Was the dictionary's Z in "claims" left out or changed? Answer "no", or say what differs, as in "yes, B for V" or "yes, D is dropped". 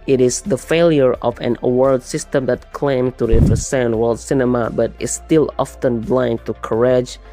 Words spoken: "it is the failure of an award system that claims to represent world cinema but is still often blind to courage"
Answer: yes, Z is dropped